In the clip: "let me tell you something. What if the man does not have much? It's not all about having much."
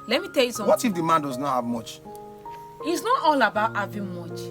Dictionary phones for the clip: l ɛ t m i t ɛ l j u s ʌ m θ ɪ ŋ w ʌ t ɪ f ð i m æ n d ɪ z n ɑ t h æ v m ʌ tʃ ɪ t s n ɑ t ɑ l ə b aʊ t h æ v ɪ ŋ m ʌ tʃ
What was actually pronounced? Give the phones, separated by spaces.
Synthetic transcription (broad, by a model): l ɛ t m i t ɛ l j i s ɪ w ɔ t ɪ f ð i m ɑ n d ɪ z n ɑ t h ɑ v m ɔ tʃ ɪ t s n ɑ t ɑ l ə b aʊ t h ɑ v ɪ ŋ m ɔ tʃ